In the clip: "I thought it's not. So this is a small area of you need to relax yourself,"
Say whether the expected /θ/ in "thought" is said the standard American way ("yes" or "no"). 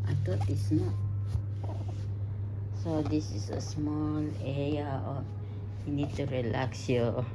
no